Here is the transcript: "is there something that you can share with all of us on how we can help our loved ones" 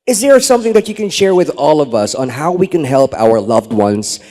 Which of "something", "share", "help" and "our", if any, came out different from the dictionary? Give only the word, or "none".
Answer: none